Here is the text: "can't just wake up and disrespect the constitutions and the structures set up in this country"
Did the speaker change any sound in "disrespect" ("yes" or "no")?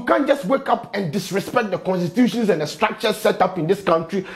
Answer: no